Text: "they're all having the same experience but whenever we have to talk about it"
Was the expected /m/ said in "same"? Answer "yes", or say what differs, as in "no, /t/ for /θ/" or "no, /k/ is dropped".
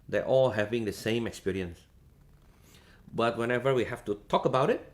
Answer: yes